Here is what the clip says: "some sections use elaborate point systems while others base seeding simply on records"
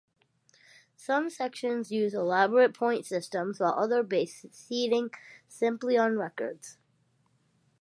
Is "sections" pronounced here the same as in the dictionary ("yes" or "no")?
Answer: yes